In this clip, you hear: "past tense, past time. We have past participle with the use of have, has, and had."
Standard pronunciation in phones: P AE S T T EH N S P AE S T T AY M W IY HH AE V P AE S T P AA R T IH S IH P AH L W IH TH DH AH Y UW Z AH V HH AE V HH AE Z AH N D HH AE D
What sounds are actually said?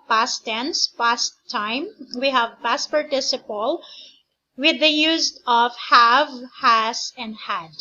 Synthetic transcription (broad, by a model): P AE S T T EH N S P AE S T T AY M W IY HH AE V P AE S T P AA R T IH S IH P AH L W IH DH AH Y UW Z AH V HH AE V HH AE S AH N D HH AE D